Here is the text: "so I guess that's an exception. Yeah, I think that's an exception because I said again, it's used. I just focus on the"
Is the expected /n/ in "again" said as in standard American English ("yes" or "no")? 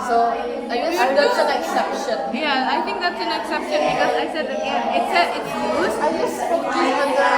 no